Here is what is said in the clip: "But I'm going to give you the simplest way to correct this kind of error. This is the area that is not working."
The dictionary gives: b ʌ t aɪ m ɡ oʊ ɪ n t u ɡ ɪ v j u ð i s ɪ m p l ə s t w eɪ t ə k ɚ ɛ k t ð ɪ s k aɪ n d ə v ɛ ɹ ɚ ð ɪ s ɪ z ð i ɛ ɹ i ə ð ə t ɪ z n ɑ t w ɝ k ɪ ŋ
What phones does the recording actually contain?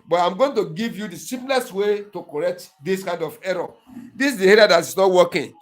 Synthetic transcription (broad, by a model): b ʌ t aɪ m ɡ oʊ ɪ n t u ɡ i v j u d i s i p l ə s t w eɪ t ə k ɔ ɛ k t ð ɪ s k aɪ n d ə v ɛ ɹ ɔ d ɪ s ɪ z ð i ɛ ɹ i ə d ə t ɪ s n ɑ t w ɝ k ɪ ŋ